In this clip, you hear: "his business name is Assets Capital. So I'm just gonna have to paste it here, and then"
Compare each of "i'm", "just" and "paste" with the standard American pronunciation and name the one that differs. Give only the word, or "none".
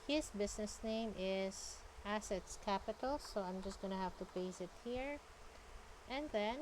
paste